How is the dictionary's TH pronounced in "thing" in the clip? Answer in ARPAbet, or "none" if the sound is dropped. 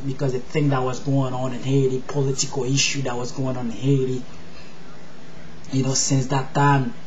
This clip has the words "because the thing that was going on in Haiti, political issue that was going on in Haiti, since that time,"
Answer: TH